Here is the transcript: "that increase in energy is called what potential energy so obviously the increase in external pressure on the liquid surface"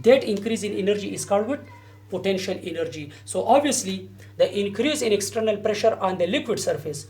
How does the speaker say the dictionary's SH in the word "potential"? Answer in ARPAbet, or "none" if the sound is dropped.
SH